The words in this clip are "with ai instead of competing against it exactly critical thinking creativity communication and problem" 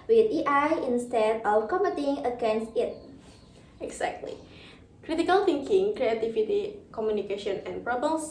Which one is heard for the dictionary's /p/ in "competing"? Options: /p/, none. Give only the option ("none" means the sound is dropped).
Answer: none